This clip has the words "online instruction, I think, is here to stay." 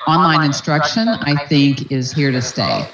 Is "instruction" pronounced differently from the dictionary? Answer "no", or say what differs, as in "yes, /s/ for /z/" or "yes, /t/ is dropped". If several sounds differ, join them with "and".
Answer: no